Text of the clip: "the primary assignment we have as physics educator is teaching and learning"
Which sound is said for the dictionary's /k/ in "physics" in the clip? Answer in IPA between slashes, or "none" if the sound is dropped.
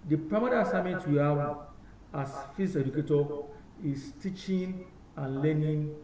none